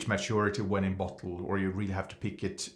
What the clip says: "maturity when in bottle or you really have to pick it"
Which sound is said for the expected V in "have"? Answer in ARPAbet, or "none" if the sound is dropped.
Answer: F